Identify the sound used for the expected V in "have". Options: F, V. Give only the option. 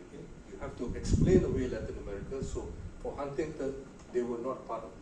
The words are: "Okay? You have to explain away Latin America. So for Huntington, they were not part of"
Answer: F